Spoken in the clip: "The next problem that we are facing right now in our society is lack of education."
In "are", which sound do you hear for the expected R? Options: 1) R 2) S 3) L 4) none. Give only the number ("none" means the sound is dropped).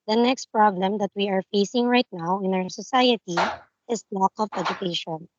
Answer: 1